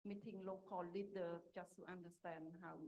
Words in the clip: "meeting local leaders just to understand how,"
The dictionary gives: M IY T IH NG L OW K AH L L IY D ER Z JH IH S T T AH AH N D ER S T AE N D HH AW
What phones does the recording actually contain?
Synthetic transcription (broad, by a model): M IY T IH NG L OW K AH L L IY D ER JH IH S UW T AH N D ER S T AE N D HH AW